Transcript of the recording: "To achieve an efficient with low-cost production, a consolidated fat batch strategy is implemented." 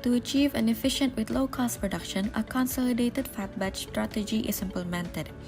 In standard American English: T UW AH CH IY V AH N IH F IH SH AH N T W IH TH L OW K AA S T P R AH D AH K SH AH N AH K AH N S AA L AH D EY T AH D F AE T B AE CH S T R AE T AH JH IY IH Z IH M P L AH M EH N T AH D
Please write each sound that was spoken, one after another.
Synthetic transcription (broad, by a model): T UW AH CH IY V AH N IH F IH SH AH N T W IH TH L OW K AA S T P R AH D AH K SH AH N AH K AH N S AA L AH D EY T AH D F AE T B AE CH S T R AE T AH JH IY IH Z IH M P L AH M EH N T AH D